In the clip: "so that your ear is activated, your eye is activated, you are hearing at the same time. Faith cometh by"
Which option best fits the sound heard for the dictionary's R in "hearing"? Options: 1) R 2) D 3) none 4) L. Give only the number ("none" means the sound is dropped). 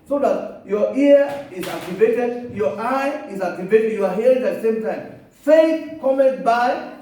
3